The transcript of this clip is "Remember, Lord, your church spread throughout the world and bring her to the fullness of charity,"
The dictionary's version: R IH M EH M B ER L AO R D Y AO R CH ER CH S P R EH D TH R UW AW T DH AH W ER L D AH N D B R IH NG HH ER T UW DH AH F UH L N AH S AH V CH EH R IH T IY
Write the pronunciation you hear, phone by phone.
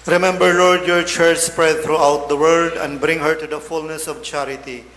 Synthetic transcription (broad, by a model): R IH M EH M B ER L AO R D Y AO R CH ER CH S P R EH D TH R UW AW T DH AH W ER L D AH N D B R IH NG HH ER T UW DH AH F UH L N AH S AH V CH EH R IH T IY